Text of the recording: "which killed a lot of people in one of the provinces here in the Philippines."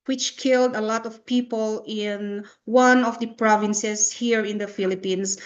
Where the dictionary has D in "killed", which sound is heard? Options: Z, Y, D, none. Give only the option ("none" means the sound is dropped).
D